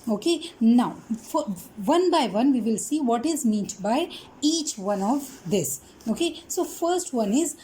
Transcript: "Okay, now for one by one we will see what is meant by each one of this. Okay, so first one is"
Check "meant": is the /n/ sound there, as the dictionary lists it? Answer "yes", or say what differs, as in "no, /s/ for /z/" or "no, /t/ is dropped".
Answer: no, /n/ is dropped